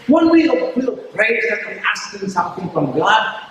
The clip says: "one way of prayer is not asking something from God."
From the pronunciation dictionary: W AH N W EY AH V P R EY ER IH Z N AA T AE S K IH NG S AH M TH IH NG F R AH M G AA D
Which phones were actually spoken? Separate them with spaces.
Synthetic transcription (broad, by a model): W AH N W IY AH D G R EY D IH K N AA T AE S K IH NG S AH M TH IH NG F R AH M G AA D